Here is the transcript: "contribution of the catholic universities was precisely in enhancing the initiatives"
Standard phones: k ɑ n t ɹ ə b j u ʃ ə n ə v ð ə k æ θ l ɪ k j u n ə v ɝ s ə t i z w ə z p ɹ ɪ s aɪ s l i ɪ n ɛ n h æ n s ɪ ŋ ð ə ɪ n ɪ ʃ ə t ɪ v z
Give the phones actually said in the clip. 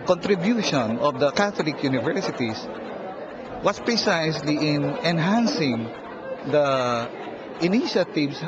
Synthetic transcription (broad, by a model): k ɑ n t ɹ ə b j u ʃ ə n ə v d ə k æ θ l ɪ k j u n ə v ɝ s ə t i s w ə s p ɹ ɪ s aɪ s l i ɪ n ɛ n h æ n s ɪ ŋ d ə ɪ n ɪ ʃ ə t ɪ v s